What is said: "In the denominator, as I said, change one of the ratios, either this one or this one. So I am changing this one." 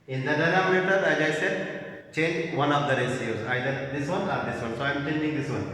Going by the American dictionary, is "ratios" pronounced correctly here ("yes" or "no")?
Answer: no